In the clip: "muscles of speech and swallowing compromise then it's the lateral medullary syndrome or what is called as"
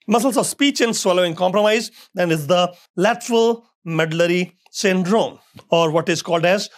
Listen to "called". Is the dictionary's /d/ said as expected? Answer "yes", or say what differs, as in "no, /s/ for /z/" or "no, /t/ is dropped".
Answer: yes